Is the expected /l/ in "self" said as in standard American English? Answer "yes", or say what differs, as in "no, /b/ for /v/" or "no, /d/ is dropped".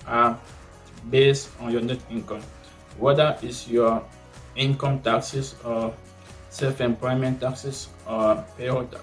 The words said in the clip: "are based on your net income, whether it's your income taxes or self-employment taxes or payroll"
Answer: yes